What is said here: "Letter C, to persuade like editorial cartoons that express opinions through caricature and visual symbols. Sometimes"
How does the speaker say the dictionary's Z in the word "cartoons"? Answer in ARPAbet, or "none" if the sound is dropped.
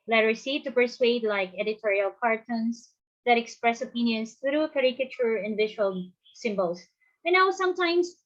S